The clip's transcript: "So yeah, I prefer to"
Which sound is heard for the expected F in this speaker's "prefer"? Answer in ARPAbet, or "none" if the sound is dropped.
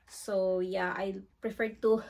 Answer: F